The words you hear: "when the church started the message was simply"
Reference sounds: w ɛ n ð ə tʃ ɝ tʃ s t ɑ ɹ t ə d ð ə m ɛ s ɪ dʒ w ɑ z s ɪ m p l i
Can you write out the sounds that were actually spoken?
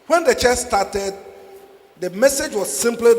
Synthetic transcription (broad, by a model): w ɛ n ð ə tʃ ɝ s t ɑ t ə d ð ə m ɛ s ɪ dʒ w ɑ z s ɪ m p l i